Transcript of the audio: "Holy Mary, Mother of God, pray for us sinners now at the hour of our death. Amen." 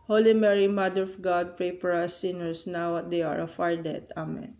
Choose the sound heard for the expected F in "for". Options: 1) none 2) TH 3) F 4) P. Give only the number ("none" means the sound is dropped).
4